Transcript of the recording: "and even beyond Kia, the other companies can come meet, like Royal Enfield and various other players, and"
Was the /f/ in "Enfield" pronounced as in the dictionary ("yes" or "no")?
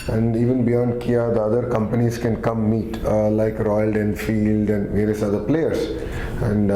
yes